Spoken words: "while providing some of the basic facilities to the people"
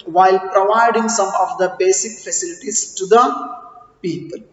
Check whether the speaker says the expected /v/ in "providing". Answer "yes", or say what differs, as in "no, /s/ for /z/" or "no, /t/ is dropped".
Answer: yes